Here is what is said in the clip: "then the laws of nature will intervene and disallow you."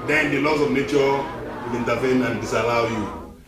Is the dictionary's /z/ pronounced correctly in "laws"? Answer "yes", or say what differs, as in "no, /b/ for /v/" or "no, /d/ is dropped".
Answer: no, /s/ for /z/